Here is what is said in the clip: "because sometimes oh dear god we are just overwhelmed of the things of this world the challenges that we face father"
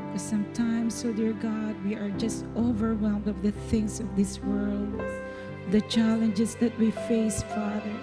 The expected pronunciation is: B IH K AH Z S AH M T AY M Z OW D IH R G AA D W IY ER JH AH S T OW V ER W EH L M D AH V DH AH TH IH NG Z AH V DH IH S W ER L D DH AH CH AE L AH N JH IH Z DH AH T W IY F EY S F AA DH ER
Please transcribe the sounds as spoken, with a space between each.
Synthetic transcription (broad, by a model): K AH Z S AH M T AY M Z OW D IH R G AA D W IY ER JH AH S T OW V ER W EH L M D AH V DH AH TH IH NG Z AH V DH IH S W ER L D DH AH CH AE L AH N JH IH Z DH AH T W IY F EY S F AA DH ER